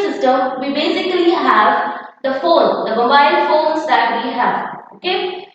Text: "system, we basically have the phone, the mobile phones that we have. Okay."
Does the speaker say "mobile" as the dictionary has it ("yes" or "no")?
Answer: no